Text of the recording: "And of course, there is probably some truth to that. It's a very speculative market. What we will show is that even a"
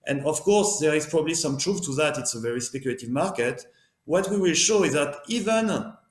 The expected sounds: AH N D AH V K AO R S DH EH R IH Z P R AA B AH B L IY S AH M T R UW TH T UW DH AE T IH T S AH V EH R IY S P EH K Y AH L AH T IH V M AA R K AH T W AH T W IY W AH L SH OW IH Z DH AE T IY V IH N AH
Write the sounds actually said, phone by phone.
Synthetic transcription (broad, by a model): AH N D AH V K AO R S DH EH R IH Z P R AA B AH B L IY S AH M T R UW F T UW DH AE T IH T S AH V EH R IY S P EH K Y AH L AH T IH V M AA R K AH T W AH T W IY W AH L SH OW IH Z DH AE T IY V IH N